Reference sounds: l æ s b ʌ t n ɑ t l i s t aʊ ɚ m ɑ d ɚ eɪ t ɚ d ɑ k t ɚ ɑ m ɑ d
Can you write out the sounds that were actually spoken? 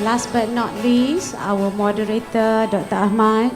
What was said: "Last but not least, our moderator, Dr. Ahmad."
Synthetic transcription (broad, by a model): l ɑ s b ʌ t n ɑ t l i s aʊ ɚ m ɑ d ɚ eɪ t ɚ d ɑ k t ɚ ɑ m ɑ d